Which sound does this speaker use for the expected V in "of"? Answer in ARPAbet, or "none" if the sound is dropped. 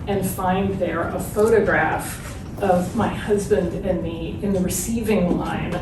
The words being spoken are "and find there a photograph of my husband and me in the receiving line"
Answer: V